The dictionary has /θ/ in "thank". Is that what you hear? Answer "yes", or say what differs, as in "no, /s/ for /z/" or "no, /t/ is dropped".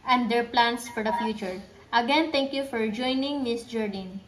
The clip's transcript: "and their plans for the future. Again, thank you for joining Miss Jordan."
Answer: no, /t/ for /θ/